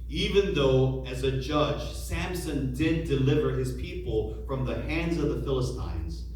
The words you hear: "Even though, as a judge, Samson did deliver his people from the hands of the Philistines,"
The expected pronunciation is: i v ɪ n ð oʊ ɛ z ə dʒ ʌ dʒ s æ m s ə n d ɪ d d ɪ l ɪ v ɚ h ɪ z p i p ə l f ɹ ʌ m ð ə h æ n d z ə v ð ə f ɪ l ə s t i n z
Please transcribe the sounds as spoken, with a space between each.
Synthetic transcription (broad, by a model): i v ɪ n ð oʊ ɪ z ə dʒ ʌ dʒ s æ m s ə n d ɪ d d ɪ l ɪ v ɚ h ɪ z p i p ə l f ɹ ʌ m ð ə h æ n d z ə v ð ə f ɪ l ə s t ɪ n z